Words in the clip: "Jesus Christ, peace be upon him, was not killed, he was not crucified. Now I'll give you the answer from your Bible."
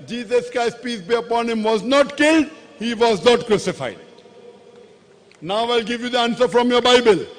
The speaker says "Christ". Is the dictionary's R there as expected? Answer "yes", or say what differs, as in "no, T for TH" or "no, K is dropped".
no, R is dropped